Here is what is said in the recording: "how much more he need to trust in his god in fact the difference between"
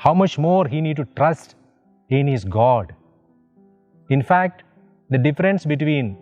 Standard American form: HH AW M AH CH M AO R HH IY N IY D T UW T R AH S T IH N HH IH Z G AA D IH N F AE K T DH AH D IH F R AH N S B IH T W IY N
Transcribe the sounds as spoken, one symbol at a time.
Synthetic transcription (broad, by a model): HH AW M AH CH M AO R HH IY N IY D T UW T R AH S T IH N HH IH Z G AA D IH N F AE K T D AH D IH F R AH N S B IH T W IY N